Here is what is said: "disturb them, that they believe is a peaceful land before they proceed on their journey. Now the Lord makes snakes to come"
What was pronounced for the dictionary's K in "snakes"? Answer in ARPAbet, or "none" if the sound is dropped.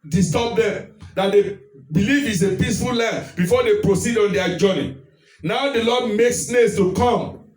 none